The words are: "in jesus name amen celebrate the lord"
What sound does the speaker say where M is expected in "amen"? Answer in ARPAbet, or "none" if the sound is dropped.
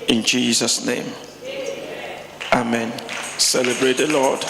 M